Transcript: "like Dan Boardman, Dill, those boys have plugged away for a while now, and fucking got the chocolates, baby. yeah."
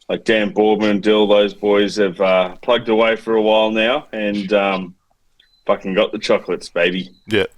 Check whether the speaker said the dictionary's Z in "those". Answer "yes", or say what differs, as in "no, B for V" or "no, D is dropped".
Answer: yes